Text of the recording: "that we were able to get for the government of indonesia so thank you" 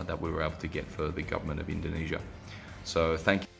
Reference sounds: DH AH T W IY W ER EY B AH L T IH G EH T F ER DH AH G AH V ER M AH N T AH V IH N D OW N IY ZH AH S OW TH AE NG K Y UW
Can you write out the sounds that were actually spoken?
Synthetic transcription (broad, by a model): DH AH T W IY W ER EY B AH L T IH G EH T F ER DH AH G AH V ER M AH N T AH V IH N D OW N IY ZH AH S OW TH AE NG K